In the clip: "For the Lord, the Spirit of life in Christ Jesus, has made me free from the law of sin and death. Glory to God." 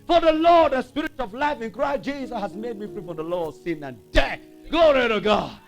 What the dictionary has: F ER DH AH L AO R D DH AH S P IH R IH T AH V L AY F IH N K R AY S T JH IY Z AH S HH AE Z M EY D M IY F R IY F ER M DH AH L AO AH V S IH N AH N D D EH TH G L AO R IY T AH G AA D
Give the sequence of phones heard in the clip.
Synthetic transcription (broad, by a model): F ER DH AH L AO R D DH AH S P IH R IH T AH V L AY F IH N K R AY S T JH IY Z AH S HH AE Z M EY D M IY F R IY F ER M DH AH L AO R S IH N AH N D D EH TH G AO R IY T AH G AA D